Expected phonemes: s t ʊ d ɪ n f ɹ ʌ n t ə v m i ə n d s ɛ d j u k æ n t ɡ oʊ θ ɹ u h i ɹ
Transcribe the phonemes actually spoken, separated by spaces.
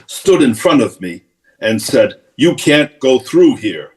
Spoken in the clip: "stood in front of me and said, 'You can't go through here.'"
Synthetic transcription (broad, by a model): s t ʊ d ɪ n f ɹ ʌ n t ə v m i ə n s ɛ d j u k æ n ɡ oʊ θ ɹ u h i ɹ